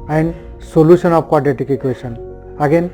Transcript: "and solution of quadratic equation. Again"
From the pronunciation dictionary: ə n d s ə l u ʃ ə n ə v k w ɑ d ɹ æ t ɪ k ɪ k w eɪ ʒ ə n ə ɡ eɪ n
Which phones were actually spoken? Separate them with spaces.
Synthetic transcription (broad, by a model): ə n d s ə l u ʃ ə n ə p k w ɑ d ɛ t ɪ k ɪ k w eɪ s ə n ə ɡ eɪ n